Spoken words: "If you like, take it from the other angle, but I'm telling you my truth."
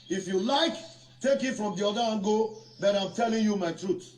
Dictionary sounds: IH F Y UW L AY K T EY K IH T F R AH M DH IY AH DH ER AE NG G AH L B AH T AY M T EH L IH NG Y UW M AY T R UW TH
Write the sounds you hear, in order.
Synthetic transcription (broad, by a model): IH F Y UW L AY K T EY K IH T F R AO M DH IY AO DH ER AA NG G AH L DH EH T AY M T EH L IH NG Y UW M AY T R UW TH